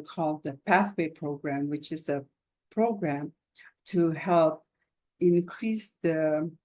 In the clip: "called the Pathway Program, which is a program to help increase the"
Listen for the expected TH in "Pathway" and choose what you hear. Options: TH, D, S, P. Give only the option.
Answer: TH